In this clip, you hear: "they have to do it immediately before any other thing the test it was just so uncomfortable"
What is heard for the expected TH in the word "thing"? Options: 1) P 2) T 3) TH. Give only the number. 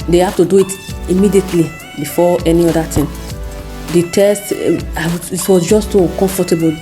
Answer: 2